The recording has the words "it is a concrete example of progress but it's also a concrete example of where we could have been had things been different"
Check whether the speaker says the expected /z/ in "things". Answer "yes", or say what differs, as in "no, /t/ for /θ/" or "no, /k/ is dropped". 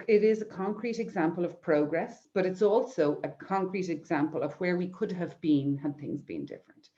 yes